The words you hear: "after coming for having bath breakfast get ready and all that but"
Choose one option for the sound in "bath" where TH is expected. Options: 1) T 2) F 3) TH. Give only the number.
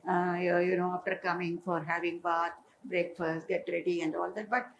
1